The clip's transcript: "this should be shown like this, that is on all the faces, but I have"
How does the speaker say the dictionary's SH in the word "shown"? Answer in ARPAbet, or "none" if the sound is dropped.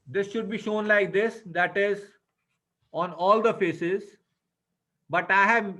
SH